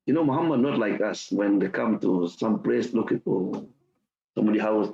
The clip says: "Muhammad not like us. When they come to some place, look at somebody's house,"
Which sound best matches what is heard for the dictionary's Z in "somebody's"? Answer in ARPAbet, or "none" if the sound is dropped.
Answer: none